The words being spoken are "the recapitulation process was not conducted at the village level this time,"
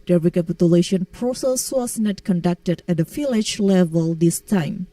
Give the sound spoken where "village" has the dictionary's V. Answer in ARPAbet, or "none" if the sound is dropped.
F